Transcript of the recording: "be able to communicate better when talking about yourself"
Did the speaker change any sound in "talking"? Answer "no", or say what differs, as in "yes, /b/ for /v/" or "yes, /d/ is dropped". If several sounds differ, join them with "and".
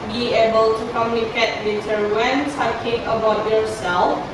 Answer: yes, /s/ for /t/